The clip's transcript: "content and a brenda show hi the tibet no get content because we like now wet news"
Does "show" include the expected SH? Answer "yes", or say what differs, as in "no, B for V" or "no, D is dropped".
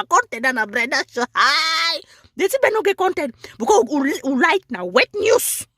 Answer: no, S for SH